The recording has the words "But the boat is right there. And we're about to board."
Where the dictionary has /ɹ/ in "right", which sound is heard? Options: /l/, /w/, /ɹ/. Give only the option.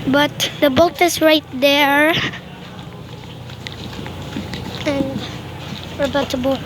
/ɹ/